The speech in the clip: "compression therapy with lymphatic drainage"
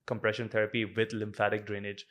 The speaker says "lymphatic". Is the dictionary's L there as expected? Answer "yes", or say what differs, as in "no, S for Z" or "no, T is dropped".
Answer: yes